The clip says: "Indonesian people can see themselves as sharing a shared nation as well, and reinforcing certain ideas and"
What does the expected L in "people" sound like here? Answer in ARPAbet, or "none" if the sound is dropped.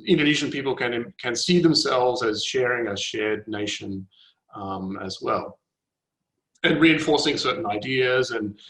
N